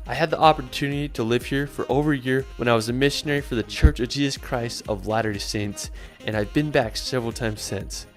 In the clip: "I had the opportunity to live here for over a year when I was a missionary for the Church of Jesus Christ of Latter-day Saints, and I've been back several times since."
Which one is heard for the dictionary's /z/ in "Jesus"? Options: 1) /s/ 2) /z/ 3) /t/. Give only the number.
2